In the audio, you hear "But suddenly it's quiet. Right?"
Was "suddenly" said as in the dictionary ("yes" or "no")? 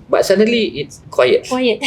no